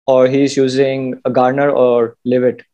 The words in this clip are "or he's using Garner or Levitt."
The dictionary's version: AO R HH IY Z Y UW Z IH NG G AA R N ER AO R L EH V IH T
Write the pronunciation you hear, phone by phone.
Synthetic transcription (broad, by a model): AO R HH IY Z Y UW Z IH NG G AA R N ER AO R L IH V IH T